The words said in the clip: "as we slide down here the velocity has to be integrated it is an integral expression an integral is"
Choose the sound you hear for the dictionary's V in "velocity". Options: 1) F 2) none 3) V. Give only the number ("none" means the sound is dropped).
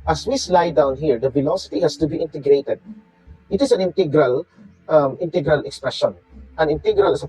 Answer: 1